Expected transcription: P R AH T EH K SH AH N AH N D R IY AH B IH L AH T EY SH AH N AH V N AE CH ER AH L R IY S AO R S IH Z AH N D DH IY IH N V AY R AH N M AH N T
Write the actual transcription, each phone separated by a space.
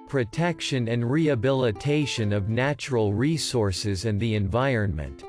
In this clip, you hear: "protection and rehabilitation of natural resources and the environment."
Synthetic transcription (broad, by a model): P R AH T EH K SH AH N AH N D R IY AH B IH L AH T EY SH AH N AH V N AE CH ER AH L R IY S AO R S IH Z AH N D DH IY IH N V AY R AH N M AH N T